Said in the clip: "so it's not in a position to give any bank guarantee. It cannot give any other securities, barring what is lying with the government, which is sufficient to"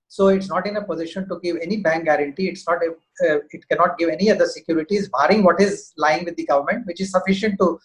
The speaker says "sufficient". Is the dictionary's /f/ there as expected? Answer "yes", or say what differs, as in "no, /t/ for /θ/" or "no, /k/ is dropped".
yes